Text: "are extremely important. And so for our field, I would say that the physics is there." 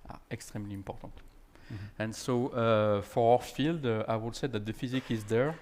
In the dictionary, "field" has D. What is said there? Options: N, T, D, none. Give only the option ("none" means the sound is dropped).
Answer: D